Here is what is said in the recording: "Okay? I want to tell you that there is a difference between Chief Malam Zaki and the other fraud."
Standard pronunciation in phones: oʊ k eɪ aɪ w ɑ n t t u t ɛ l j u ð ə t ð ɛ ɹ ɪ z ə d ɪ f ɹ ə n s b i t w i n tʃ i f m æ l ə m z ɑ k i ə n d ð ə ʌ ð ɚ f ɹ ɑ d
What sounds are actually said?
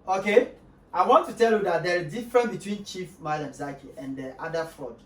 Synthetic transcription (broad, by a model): oʊ k eɪ aɪ w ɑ n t t u t ɛ l j u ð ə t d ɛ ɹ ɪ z d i f ɹ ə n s b i t w i n tʃ i f m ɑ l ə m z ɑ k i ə n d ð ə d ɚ f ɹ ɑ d